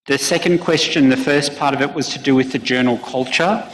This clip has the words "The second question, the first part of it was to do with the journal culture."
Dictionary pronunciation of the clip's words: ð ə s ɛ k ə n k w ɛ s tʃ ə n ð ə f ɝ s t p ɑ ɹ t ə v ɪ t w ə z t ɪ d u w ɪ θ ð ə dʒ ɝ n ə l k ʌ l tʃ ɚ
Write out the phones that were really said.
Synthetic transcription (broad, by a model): ð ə s ɛ k ə n k w ɛ s tʃ ə n ð ə f ɝ s p ɑ ɹ t ə v ɪ t w ə z t ɪ d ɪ w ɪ ð ə dʒ ɝ n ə l k ʌ l tʃ ɚ